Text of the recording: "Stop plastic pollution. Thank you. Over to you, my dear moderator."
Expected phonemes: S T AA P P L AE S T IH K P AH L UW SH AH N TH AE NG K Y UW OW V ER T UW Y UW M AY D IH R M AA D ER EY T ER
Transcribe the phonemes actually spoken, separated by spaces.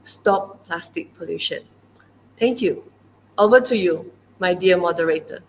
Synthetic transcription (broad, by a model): S T AA P P L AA S T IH K P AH L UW SH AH N T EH NG K Y UW OW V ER T UW Y UW M AY D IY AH M AA D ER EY T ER